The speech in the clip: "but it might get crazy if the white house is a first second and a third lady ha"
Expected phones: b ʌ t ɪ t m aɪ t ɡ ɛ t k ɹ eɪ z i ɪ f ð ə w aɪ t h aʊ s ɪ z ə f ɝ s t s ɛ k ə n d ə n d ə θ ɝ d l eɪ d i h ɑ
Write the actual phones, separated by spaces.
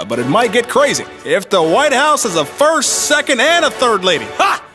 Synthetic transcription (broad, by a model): b ʌ t ɪ t m aɪ t ɡ ɛ t k ɹ eɪ z i ɪ f ð ə w aɪ t h aʊ s ɪ z ə f ɝ s t s ɛ k ə n d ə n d ə θ ɝ d l eɪ d i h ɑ